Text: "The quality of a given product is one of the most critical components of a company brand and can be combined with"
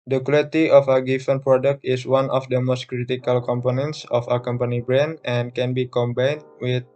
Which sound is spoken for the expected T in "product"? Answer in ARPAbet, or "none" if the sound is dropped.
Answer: T